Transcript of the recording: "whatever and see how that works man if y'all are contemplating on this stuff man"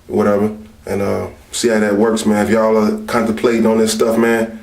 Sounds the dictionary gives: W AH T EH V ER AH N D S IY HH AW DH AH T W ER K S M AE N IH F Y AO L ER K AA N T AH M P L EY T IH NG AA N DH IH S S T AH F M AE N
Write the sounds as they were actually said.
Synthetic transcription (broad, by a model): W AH T EH V ER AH N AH S IY HH AW DH AH T W ER K S M AE N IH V Y AO L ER K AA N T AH P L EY IH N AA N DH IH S S T AH F M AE N